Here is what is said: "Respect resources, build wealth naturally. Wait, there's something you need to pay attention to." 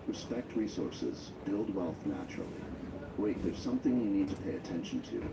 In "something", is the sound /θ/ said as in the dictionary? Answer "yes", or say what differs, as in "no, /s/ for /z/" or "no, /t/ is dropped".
yes